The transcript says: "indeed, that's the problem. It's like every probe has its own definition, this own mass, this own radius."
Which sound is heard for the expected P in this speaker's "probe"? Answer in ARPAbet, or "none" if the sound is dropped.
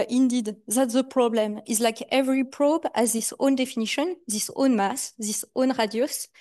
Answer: P